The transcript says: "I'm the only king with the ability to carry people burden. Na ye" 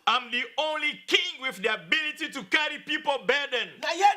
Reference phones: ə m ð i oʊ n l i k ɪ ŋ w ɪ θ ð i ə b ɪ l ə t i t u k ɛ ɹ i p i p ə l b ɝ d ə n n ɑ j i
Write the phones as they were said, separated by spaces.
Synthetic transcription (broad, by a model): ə m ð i oʊ n l i k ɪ ŋ w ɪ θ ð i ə b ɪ l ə t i t u k ɛ ɹ i p i p ə l b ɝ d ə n n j